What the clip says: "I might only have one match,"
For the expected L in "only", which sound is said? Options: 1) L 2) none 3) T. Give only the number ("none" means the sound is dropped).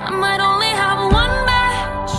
1